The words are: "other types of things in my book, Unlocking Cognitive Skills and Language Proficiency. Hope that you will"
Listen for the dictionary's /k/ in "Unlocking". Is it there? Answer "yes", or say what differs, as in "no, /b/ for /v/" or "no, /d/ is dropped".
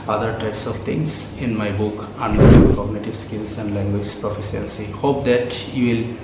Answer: no, /k/ is dropped